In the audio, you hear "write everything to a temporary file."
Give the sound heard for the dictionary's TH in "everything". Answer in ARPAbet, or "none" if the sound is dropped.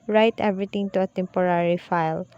T